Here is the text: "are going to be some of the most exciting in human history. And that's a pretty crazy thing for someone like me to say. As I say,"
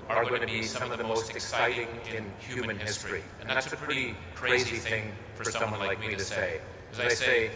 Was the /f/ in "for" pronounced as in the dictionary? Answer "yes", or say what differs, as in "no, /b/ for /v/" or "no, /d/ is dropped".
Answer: yes